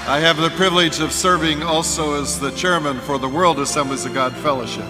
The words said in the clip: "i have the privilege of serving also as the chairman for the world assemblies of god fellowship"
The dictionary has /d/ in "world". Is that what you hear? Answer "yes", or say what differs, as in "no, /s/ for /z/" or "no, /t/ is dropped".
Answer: yes